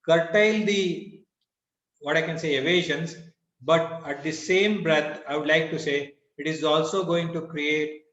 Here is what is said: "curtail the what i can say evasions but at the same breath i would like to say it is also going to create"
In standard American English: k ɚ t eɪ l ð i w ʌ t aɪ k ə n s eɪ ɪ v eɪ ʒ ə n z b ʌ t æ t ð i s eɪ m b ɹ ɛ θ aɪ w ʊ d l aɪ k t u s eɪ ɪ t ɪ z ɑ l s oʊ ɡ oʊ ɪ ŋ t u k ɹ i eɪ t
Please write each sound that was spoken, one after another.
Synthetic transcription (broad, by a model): k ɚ t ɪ l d i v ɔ t aɪ k ə n s eɪ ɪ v eɪ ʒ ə n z b ʌ t æ t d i s eɪ m b ɹ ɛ t aɪ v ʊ d l aɪ k t u s eɪ ɪ t ɪ z ɑ l s oʊ ɡ oʊ ɪ ŋ t u k ɹ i eɪ t